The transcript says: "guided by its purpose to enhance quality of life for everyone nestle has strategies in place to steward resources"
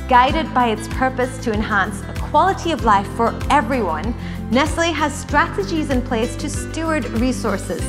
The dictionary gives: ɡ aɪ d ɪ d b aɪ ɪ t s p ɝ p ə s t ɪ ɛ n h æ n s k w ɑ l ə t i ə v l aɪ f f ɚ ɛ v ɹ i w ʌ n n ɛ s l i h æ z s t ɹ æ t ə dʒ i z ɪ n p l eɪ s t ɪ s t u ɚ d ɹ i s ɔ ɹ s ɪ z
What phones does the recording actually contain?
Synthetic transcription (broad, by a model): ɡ aɪ d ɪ d b aɪ ɪ t s p ɝ p ə s t ɪ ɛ n h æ n s k w ɑ l ə t i ə v l aɪ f f ɚ ɛ v ɹ i w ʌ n n ɛ s l i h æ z s t ɹ æ t ə dʒ i z ɪ n p l eɪ s t ɪ s t u ɚ d ɹ i s ɔ ɹ s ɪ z